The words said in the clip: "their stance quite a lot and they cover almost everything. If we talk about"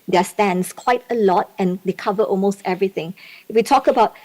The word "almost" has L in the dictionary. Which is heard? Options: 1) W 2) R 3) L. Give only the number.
3